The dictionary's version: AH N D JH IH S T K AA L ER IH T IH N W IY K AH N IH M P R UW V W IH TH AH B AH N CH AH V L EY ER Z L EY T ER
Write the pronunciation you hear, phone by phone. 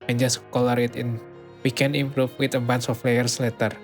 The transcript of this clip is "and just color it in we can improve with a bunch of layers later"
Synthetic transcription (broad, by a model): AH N JH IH S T K AA L ER IH T IH N W IY K AH N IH M P R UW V W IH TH AH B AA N S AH F L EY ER S L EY T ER